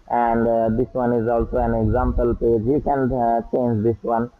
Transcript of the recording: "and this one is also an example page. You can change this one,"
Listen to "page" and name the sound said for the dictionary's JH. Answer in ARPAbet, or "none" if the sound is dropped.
JH